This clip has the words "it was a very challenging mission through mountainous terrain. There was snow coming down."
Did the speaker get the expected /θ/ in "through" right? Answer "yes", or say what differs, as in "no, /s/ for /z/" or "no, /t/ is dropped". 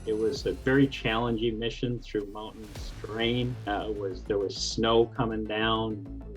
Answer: yes